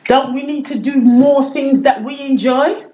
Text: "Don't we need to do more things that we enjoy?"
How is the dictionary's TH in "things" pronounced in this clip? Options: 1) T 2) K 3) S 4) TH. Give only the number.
4